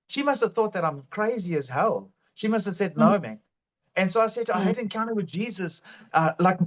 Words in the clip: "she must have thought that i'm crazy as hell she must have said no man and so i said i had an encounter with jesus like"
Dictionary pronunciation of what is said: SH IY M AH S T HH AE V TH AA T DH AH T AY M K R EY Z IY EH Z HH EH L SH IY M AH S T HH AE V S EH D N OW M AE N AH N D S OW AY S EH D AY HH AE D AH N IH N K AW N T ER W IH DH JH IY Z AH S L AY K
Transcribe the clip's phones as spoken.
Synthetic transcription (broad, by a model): SH IY M AH S T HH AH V TH AA T DH AH T AY M K R EY Z IY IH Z HH EH L SH IY M AH S T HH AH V S EH D N OW M AE N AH N S OW AY S EH D AY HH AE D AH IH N K AW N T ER W IH DH JH IY Z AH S L AY K